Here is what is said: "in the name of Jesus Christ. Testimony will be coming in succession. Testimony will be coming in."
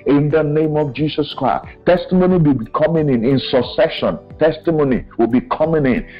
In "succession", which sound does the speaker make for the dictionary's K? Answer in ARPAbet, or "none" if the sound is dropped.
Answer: none